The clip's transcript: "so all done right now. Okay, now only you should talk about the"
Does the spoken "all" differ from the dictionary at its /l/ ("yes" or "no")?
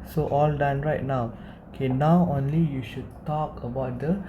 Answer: no